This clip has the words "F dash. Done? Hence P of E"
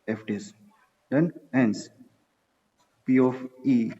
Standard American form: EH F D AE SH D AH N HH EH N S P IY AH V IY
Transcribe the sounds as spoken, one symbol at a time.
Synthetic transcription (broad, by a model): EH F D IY S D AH N HH EH N S P IY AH F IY